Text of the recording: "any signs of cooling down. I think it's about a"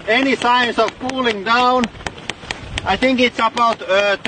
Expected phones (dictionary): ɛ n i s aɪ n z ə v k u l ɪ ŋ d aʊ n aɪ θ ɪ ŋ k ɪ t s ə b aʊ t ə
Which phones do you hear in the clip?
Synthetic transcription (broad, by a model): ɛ n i s aɪ n s ə v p u l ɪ ŋ d aʊ n aɪ θ ɪ ŋ k ɪ t s ə b aʊ t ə